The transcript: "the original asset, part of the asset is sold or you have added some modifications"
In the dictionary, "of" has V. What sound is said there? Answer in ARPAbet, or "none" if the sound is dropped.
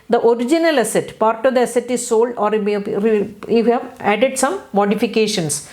V